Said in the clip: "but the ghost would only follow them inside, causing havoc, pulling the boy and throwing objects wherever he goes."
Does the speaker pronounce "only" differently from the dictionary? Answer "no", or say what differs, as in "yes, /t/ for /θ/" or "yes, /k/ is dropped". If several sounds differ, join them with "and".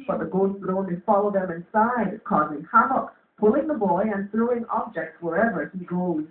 yes, /l/ is dropped